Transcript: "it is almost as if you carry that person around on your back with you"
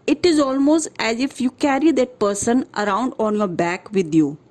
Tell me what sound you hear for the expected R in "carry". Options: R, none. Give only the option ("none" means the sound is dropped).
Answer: R